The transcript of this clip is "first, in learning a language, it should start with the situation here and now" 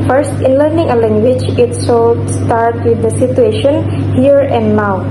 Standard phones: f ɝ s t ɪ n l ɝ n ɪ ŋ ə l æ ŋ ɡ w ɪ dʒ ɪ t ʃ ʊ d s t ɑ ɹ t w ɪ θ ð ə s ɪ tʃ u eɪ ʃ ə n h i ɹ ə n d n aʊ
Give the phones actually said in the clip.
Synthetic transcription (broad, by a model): f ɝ s t ɪ n l ɝ n ɪ ŋ ə l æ ŋ ɡ w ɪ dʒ ɪ t s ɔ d s t ɑ ɹ t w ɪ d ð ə s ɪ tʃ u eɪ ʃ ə n h i ɹ ə n d n aʊ